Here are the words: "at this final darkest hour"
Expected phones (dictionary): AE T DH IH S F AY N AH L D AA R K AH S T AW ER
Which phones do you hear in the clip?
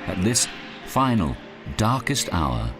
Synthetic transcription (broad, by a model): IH T DH IH S F AY N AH L D AA R K AH S T AW ER